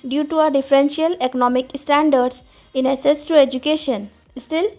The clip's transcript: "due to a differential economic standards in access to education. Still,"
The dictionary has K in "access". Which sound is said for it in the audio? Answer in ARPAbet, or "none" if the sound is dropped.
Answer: none